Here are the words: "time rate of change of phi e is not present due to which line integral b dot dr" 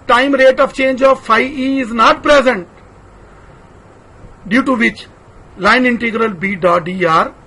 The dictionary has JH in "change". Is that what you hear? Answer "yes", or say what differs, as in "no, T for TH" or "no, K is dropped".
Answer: yes